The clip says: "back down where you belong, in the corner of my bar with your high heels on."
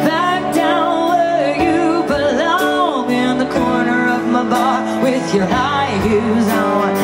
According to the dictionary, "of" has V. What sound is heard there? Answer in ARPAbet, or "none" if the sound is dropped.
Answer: V